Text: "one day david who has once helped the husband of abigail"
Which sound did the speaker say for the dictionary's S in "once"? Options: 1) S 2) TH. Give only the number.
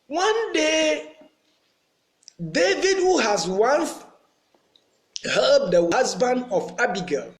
2